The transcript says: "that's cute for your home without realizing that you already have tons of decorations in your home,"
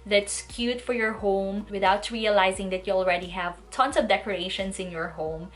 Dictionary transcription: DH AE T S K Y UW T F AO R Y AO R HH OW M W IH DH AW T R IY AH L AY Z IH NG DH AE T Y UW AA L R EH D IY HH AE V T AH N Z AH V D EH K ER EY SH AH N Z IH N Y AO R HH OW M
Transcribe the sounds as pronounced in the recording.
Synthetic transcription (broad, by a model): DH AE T S K Y UW T F AO R Y AO R HH OW M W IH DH AW T R IY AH L AY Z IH NG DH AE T Y UW AA L R EH D IY HH AE V T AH N S AH V D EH K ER EY SH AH N S IH N Y AO R HH OW M